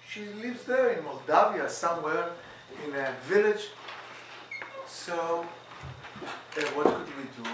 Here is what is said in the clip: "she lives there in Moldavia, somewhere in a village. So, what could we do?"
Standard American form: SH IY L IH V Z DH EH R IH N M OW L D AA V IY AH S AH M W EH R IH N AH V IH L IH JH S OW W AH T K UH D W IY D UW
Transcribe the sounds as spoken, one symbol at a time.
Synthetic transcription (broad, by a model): SH IY L IH V Z DH EH R IH N M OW L D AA V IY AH S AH M W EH R IH N AH V IH L IH JH S OW W AH T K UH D W IY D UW